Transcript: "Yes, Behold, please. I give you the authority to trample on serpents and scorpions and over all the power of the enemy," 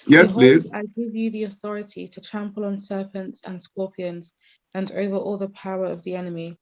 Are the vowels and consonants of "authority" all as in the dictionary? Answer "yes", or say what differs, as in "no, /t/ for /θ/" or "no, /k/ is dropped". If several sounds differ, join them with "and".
yes